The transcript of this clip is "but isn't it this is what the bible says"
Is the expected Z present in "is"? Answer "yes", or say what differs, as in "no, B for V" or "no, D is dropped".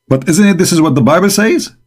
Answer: yes